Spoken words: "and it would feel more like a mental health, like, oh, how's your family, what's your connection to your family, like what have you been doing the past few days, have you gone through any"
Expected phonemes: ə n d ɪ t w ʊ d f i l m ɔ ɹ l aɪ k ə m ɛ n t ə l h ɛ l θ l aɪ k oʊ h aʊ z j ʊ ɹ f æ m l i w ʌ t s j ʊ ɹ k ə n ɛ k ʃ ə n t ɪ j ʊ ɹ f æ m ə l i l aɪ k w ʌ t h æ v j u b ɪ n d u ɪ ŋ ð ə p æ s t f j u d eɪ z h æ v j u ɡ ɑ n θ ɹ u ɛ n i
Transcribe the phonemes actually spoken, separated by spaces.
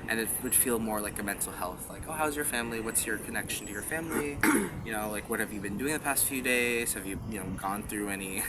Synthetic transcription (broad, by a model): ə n ɪ t w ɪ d f i l m ɔ ɹ l aɪ k ə m ɛ n t l h ɛ l θ l aɪ k oʊ h aʊ z j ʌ ɹ f æ m l i w ʌ t s j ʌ ɹ k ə n ɛ k ʃ n t ɪ j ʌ ɹ f æ m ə n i l aɪ k w ʌ t h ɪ v j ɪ b ɪ n d u ɪ ŋ ð ə p æ s t f j u d eɪ z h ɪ v j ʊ ɡ ɑ n θ ɹ u ɛ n i